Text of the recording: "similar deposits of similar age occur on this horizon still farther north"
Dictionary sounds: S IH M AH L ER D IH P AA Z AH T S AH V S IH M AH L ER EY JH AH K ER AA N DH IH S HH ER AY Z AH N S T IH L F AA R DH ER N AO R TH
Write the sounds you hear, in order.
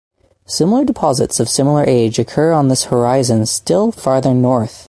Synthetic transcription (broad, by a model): S IH M L ER D IH P AA Z AH T S AH V S IH M L ER EY JH AH K ER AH N DH IH S HH ER AY Z AH N S T IH L F AA R DH ER N AO R TH